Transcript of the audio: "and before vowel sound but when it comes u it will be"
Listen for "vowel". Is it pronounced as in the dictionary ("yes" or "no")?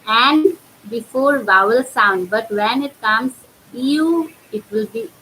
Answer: yes